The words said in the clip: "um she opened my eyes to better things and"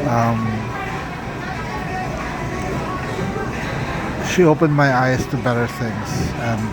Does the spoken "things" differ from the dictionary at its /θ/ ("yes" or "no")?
no